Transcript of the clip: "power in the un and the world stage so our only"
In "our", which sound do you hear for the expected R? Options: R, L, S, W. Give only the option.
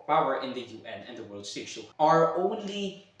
R